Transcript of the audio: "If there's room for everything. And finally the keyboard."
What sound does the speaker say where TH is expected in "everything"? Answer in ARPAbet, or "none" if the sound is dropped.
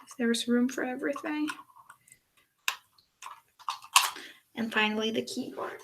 TH